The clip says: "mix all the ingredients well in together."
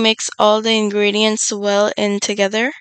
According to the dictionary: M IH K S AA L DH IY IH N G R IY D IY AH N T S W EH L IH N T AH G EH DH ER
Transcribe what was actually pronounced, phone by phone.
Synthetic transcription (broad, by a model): M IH K S AA L DH IY IH N G R IY D IY AH N T S W EH L IH N T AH G EH DH ER